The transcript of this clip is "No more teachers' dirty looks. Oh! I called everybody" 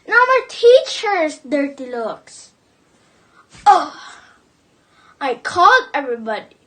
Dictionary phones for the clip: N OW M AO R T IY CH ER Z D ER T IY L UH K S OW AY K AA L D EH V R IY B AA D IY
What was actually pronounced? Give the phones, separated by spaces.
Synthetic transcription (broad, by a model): N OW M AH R T IY CH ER S D ER T IY L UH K S OW AY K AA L EH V R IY B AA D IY